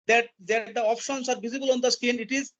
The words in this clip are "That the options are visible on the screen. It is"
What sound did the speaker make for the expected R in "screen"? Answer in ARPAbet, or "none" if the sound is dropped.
none